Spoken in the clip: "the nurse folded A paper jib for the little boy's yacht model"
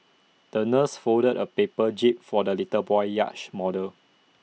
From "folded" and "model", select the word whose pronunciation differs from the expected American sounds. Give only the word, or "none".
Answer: folded